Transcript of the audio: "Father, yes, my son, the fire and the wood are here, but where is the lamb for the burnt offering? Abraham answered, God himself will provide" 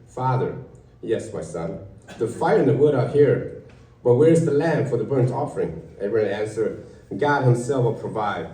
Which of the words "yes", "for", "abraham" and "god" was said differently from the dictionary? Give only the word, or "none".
abraham